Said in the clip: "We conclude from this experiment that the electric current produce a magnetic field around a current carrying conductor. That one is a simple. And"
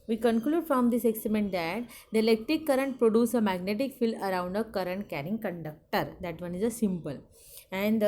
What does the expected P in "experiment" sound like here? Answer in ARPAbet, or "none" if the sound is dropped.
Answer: none